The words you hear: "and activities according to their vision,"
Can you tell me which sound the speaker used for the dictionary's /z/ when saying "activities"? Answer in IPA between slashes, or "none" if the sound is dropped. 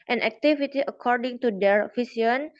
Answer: none